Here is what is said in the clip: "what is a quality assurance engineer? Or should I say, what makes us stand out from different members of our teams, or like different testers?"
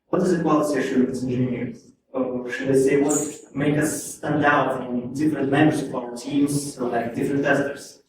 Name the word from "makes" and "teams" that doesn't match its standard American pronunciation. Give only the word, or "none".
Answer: makes